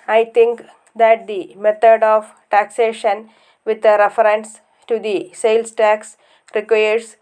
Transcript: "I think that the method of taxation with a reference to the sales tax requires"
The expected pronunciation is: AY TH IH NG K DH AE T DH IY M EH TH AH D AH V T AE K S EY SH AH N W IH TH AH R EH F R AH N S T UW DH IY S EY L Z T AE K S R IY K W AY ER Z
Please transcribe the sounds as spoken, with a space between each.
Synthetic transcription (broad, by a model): AY T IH NG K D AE T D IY M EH T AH D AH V T AE K S EY SH AH N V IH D AH R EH F R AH N S T UW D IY S EY L S T AE K S R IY K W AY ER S